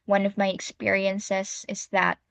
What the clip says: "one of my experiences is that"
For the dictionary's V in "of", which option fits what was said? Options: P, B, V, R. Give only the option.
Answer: V